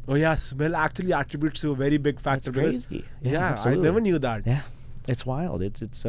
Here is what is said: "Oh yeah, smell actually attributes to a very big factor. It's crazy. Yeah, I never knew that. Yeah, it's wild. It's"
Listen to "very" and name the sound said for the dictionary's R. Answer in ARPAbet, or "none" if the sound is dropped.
R